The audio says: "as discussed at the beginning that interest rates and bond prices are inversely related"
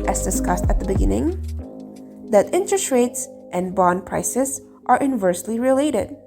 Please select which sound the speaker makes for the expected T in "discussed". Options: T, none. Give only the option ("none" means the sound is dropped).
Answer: T